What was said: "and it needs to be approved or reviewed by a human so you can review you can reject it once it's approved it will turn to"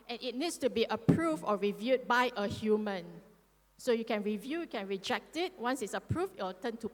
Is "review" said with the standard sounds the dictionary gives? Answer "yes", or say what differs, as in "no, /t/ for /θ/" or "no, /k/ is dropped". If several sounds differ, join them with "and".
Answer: yes